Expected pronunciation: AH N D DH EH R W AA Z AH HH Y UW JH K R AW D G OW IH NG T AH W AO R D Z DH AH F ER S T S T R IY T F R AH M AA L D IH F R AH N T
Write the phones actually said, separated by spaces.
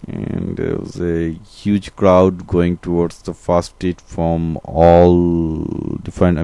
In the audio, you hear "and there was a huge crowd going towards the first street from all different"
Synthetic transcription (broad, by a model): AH N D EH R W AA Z AH HH Y UW JH K R AW D G OW IH NG T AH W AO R D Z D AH F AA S S T IY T F R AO M AA L D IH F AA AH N